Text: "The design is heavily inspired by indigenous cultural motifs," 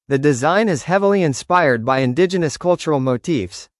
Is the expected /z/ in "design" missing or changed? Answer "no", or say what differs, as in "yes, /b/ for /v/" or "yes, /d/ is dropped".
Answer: no